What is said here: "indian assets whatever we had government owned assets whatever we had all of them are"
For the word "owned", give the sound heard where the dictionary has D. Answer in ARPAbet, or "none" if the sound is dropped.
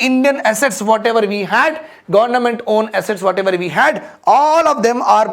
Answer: none